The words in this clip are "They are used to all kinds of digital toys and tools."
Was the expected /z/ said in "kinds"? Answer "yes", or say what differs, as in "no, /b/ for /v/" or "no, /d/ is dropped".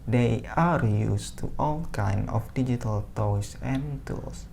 no, /z/ is dropped